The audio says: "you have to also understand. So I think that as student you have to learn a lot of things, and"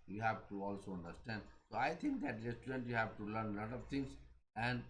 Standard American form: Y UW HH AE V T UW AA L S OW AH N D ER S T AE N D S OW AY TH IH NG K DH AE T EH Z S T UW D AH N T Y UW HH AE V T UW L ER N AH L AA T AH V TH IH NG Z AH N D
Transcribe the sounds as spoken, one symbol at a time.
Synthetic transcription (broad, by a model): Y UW HH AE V T UW AA L S OW AH N D ER S T AE N D S OW AY T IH NG K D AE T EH S T UW D AH N T Y UW HH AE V T UW L ER N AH L AA T AH V T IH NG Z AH N D